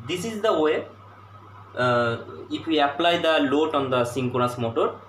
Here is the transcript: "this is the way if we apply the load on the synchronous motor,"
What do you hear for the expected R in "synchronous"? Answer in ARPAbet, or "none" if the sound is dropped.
none